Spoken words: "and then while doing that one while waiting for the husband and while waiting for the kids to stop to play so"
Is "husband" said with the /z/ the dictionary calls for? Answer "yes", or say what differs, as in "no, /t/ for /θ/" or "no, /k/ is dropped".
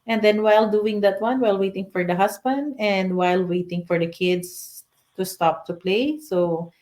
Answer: no, /s/ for /z/